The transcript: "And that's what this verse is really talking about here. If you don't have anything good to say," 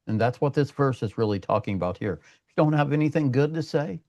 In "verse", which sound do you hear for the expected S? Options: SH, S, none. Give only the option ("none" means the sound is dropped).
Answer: S